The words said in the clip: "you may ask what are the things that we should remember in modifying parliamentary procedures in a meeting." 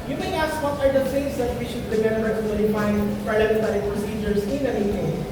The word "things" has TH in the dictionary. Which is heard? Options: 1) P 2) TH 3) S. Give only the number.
3